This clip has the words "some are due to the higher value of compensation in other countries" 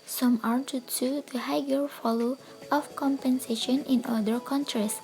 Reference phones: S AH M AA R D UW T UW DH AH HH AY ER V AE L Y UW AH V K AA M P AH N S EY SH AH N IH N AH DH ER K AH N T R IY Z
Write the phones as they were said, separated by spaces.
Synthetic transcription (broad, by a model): S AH M AA R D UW T UW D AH HH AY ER F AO L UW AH F K AA M P AH N S EY SH AH N IH N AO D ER K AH N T R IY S